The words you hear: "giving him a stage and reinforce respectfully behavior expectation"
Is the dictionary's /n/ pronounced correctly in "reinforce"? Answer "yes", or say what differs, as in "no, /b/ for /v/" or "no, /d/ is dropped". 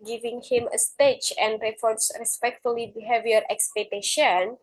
no, /n/ is dropped